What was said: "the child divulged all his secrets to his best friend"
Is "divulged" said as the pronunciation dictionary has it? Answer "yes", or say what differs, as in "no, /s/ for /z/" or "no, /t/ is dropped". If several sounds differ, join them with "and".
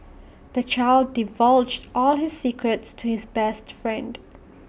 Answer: yes